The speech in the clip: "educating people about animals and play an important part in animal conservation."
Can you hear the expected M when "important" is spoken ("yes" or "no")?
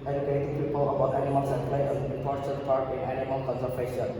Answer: no